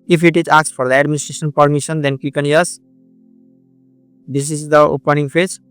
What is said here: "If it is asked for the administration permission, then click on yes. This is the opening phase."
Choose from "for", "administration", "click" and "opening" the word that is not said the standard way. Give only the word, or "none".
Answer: click